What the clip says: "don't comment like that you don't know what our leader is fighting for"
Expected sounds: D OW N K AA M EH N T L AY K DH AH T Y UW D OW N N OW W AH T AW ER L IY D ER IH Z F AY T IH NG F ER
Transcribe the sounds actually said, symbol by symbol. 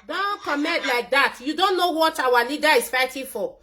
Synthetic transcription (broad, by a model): D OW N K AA M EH T L AY K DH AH T Y UW D OW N N OW W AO T AW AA L IY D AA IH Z F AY T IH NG F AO